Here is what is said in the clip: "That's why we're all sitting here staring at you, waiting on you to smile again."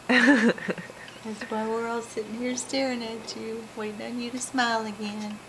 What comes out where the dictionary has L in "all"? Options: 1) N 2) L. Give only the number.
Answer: 2